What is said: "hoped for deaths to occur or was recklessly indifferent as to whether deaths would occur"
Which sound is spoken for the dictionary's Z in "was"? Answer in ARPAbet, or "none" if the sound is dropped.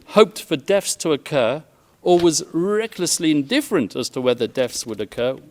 Z